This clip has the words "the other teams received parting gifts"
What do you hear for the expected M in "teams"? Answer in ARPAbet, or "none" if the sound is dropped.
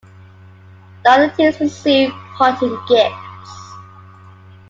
none